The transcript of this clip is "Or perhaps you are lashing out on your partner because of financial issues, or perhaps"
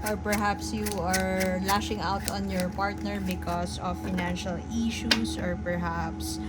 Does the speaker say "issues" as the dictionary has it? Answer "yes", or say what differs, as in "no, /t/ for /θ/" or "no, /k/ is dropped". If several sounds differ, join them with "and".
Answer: no, /s/ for /z/